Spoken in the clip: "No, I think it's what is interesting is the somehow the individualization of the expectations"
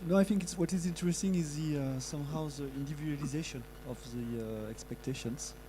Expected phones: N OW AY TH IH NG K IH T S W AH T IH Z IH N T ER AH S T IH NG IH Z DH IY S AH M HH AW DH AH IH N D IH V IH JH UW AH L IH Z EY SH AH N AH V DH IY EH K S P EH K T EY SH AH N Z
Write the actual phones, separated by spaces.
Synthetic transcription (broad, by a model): N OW AY TH IH NG K IH T S W AH T IH Z IH N T ER AH S T IH NG IH Z DH IY S AH M HH AW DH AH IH N D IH V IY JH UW L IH Z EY SH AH N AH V DH IY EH K S P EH K T EY SH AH N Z